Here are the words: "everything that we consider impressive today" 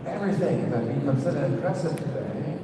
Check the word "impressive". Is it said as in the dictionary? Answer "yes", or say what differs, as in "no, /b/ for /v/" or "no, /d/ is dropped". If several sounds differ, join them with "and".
no, /m/ is dropped